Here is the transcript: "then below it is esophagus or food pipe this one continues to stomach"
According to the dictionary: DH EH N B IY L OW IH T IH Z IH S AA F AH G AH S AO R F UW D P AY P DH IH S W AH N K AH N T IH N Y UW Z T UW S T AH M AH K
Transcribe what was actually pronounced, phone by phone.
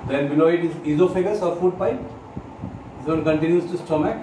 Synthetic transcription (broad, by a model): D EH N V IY N OW IH T IH Z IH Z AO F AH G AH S AO R F UW D P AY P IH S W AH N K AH N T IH N Y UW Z T UW S T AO M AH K